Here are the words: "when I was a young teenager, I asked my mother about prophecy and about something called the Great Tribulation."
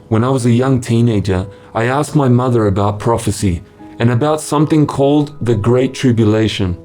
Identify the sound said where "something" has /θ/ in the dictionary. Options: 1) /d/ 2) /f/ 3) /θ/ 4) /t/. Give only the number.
3